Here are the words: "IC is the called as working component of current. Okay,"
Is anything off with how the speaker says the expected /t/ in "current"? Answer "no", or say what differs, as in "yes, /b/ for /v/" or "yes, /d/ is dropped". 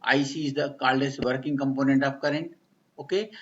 yes, /t/ is dropped